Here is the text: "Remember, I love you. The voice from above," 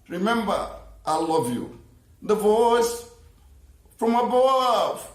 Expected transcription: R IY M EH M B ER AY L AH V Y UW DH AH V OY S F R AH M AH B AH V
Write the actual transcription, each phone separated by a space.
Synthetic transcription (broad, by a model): R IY M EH M B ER AY L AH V Y UW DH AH V OY S F R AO M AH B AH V